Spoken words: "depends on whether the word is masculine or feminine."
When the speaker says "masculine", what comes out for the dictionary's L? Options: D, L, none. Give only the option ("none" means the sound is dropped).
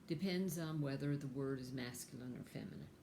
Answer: L